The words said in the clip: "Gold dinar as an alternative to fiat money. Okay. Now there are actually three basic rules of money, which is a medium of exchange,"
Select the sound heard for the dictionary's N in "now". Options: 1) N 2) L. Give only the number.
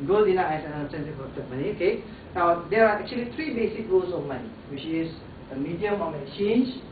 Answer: 1